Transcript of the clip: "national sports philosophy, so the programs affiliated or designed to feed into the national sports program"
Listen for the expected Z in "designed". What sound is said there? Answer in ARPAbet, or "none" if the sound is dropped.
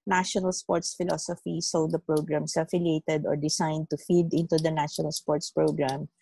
S